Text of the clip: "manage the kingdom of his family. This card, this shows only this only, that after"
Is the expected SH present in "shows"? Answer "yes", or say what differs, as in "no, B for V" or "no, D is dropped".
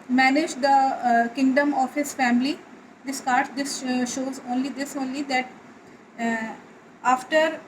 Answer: yes